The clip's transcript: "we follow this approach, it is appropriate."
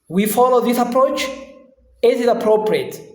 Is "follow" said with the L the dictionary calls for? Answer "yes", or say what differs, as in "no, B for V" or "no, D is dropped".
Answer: yes